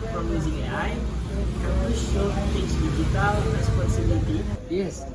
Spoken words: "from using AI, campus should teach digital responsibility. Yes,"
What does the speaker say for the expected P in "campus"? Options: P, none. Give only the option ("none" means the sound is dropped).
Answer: none